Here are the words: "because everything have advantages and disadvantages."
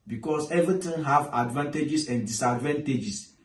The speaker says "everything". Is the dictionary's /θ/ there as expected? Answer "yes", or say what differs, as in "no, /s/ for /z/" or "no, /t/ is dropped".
no, /t/ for /θ/